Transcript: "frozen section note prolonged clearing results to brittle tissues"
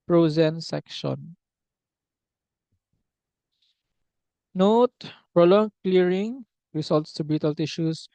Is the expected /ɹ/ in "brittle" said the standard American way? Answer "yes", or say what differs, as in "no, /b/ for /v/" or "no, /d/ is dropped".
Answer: no, /ɹ/ is dropped